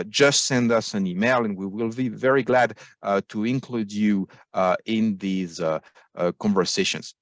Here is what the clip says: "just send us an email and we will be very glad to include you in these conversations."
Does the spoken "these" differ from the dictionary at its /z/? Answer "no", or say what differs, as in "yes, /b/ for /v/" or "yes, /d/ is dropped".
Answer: no